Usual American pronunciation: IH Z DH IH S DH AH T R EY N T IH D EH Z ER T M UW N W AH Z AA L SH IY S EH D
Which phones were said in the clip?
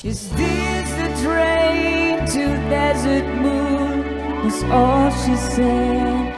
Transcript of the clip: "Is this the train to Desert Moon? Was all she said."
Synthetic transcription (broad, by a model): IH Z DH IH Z DH AH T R EY N T IH D EH Z ER T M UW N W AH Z AA L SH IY S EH